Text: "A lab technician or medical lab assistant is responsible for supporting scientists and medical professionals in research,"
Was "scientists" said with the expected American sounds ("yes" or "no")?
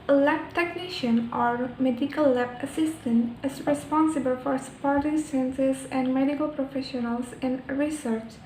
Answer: no